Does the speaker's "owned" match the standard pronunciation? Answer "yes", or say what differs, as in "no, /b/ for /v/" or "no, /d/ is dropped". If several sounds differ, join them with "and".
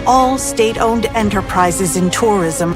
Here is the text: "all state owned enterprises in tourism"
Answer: yes